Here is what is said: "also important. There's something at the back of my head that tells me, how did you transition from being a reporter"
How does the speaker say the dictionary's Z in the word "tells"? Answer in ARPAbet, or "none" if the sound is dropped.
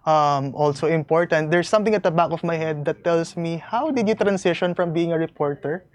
S